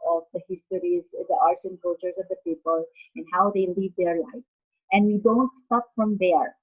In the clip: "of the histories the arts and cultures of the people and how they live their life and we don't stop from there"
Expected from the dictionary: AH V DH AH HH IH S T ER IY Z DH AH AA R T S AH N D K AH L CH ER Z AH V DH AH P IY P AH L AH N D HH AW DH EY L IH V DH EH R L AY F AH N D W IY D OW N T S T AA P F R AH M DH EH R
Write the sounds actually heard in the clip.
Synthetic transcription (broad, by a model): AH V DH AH HH IH S T ER IY Z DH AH AA R T S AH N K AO CH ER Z AH V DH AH P IY P AH L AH N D HH AW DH EY L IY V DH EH R L AY F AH N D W IY D OW N T S T AA P F R AH M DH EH R